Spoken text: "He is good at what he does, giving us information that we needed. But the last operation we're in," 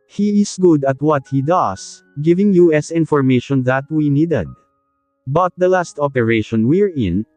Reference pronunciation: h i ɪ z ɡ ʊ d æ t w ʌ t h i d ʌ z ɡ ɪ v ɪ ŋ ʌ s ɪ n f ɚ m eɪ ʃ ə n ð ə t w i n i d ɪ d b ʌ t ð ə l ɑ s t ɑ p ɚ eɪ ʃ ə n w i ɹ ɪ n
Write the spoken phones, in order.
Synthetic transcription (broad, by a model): h i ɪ s ɡ ʊ d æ t w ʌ t h i d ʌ s ɡ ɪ v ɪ ŋ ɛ s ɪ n f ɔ m eɪ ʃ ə n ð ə t w i n i d ɪ d b ʌ t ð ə l ɑ s t ɑ p ɚ eɪ ʃ ə n w i ɹ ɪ n